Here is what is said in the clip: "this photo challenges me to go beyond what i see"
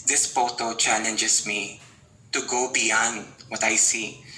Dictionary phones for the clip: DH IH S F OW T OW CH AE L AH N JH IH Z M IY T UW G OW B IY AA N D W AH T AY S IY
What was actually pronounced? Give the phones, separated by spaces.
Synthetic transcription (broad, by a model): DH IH S P OW T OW CH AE L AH N JH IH S M IY T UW G OW B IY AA N D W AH T AY S IY